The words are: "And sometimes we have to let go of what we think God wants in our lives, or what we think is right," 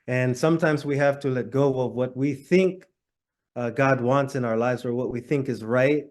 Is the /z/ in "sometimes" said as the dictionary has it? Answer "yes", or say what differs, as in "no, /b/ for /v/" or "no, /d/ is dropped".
yes